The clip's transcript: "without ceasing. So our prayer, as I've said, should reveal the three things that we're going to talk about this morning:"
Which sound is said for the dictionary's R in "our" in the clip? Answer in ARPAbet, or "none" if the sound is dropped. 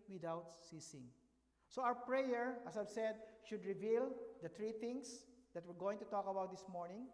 W